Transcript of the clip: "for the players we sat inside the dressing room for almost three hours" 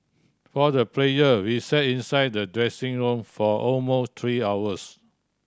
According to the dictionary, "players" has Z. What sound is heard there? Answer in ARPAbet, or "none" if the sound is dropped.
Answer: none